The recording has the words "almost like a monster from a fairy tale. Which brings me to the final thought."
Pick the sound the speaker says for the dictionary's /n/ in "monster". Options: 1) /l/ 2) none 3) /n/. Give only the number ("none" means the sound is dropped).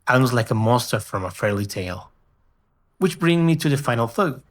2